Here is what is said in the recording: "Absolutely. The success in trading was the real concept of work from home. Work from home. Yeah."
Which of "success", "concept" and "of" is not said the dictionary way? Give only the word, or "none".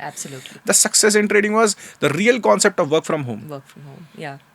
none